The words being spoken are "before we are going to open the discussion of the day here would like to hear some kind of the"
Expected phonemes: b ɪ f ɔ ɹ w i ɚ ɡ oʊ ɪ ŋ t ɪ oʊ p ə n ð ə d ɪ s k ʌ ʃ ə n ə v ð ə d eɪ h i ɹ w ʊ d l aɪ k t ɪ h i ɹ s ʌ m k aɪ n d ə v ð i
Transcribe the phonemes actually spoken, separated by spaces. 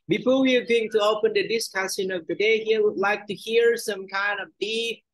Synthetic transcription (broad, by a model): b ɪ f ɔ ɹ w i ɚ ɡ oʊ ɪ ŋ t ɪ oʊ p ə n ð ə d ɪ s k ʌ s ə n ə v ð ə d eɪ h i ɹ w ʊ d l aɪ k t ɪ h i ɹ s ʌ m k aɪ n d ə v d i